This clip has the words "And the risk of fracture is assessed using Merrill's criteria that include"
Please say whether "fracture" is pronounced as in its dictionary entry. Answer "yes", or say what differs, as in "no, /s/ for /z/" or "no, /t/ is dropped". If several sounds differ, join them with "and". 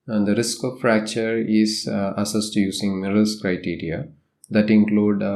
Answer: yes